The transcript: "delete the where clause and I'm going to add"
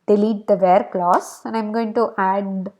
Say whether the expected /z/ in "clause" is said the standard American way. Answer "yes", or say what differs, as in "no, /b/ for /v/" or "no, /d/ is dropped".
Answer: no, /s/ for /z/